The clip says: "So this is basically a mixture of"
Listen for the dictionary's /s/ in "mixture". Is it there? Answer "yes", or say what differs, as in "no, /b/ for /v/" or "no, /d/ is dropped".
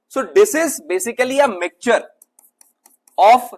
no, /s/ is dropped